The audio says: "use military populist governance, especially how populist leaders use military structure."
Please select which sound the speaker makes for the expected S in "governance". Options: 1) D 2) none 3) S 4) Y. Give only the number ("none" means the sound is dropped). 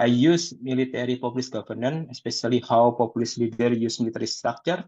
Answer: 2